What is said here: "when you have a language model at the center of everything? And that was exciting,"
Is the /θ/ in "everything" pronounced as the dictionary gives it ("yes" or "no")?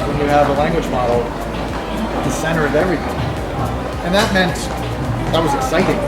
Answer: yes